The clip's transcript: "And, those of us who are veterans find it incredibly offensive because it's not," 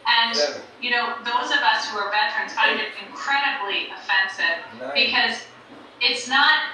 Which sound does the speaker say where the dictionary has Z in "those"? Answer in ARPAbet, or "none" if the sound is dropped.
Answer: Z